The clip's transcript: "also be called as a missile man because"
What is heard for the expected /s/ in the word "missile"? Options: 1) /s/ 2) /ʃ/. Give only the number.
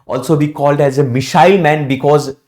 2